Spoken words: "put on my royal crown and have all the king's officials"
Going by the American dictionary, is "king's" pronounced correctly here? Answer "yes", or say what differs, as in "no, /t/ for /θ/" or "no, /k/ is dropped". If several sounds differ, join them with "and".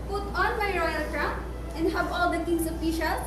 no, /s/ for /z/